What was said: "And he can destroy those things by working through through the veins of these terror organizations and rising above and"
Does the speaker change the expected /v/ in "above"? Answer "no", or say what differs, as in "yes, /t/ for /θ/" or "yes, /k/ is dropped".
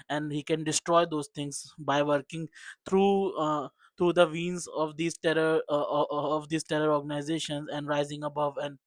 no